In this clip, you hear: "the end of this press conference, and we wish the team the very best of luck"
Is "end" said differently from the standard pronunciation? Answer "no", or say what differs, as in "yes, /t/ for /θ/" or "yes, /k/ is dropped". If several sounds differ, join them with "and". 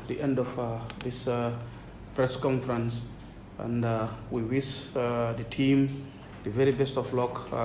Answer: no